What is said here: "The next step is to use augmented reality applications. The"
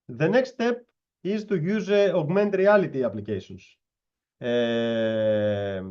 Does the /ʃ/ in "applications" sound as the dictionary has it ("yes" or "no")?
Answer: no